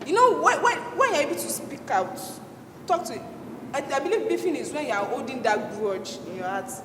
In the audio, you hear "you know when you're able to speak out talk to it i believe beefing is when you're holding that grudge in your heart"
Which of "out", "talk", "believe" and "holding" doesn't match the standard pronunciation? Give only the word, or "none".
holding